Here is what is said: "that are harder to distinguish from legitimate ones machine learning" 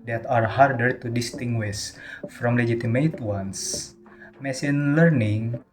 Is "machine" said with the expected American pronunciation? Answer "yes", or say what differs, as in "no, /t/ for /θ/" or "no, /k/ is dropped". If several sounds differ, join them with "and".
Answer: no, /s/ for /ʃ/